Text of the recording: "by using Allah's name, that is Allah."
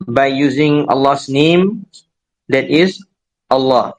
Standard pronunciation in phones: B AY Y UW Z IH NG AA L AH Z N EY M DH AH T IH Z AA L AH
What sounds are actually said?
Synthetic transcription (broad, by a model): B AY Y UW Z IH NG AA L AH S N EY M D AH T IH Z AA L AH